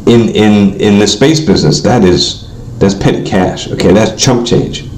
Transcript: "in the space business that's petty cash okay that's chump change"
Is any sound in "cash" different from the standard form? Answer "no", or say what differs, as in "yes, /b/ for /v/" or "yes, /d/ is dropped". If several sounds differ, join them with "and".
no